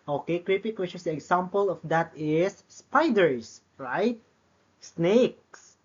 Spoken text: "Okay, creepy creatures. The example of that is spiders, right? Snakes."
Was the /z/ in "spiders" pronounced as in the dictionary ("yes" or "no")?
no